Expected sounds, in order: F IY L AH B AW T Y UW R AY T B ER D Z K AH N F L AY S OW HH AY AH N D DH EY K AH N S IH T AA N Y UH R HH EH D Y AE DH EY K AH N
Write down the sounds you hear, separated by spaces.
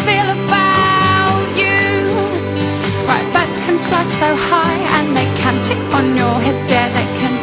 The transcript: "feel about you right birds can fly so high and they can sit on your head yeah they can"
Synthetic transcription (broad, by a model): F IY L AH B AW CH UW R AY T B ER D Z K AH N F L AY S OW HH AY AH N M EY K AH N SH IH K N Y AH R HH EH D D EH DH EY K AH N